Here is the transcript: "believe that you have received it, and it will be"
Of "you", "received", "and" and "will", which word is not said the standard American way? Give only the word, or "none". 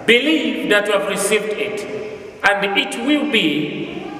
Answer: none